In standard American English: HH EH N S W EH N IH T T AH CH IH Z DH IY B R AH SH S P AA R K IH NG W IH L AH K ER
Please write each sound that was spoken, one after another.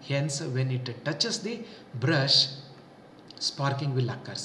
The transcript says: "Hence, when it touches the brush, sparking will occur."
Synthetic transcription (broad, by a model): HH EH N S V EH N IH T T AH CH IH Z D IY B R AH SH S P AA R K IH NG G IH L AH K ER